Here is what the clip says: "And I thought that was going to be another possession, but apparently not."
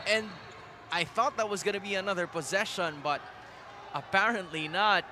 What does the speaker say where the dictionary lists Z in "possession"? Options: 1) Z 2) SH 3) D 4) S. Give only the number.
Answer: 1